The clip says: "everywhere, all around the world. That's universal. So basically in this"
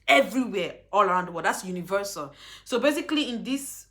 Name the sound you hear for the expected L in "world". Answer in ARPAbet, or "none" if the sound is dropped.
none